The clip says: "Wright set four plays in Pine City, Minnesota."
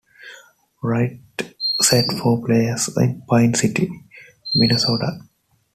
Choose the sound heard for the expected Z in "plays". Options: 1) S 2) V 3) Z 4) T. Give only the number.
1